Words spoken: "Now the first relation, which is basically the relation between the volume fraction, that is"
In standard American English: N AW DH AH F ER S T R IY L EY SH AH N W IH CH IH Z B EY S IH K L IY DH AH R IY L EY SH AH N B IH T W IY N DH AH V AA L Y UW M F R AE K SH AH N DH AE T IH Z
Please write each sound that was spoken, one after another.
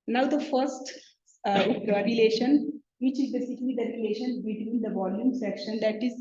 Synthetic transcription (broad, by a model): N AW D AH F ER S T R IY L EY SH AH N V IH CH IH Z B EY S IH K L IY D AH R IY L EY SH AH N B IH T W IY N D AH V AA L Y UW M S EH K SH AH N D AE T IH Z